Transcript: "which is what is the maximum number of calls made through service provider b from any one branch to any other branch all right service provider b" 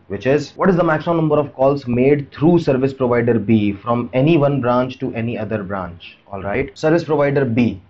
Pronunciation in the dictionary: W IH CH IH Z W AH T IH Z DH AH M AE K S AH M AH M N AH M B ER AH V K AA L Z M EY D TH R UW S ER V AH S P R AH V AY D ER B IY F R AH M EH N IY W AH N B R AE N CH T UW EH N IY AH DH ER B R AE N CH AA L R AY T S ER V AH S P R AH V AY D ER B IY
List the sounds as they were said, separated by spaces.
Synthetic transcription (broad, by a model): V IH CH IH Z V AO T IH Z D AH M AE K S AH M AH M N AH M B ER AH V K AA L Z M EY D T R UW S ER V AH S P R AH V AY D ER B IY F R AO M EH N IY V AH N B R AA N CH T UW EH N IY AH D ER B R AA N CH AA L R AY T S ER V AH S P R AH V AY D ER B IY